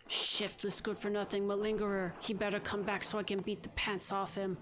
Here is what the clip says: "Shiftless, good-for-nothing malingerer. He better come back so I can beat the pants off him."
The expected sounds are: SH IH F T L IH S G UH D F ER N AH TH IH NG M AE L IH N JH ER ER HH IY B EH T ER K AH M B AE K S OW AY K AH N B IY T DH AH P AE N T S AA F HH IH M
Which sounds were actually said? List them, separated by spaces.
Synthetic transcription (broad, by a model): SH IH F T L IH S G UH D F ER N AH TH IH NG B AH L IH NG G ER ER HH IY B EH T ER K AH M B AE K S OW AY K AH N B IY T DH AH P AE N T S AA F HH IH M